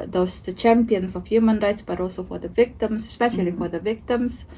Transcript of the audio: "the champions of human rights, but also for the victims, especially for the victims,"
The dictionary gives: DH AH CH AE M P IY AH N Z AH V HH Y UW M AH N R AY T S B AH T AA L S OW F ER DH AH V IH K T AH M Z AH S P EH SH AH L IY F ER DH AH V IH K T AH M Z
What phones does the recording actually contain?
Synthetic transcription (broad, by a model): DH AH CH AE M P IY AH N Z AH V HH Y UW M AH N R AY T S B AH T AA L S OW F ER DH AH V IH K T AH M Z S P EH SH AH L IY F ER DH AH V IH K T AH M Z